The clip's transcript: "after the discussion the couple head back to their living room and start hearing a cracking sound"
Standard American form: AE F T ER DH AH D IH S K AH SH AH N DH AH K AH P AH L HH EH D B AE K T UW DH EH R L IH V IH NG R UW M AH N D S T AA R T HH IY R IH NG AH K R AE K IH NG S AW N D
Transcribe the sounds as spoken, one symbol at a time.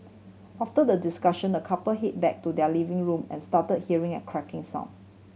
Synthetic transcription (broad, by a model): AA F T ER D AH D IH S K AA SH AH N AH K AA P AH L HH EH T B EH K T UW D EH L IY V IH NG R UW M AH N S T AA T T HH IY R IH NG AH K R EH K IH NG S AW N